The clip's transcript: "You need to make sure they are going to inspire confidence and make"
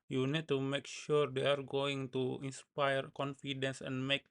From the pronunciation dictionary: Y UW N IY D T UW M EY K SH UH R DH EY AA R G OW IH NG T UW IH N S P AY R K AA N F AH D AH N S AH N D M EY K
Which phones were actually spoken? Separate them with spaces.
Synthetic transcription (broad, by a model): Y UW N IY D T UW M EY K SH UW R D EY AA R G OW IH NG T UW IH N S P AY R K AA N F AH D AH N S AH N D M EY K